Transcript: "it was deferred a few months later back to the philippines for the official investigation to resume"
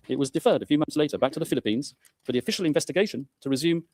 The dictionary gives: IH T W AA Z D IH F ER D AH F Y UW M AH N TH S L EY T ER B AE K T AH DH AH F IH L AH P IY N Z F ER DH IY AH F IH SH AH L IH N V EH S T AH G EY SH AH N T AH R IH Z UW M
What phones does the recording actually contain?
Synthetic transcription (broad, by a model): IH T W AA Z D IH F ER D AH F Y UW M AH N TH S L EY T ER B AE K T AH DH AH F IH L AH P IY N Z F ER DH IY AH F IH SH AH L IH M V EH S T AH G EY SH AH N T AH R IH Z UW M